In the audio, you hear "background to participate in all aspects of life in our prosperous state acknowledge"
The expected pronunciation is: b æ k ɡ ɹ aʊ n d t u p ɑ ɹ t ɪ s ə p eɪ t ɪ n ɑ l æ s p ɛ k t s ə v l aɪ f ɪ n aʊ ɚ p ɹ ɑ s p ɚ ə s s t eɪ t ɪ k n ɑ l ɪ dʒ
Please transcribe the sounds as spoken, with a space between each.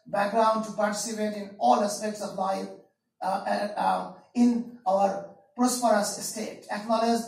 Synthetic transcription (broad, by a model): b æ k ɡ ɹ aʊ n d t u p ɑ ɹ t ɪ s ə p eɪ t ɪ n ɑ l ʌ s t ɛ t s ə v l aɪ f ɪ n aʊ ɚ p ɹ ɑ s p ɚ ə s s t eɪ t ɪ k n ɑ l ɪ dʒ